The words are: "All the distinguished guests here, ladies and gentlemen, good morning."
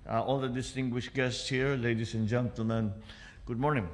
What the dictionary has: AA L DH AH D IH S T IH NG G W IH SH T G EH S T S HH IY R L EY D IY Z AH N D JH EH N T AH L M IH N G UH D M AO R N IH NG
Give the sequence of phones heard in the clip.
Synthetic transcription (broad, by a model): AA L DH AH D IH S T IH NG G W IH SH T G EH S T S HH IY R L EY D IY S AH N JH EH N T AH L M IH N G UH D M AO R N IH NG